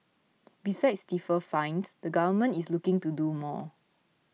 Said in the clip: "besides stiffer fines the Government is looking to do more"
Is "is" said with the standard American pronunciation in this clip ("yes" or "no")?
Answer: no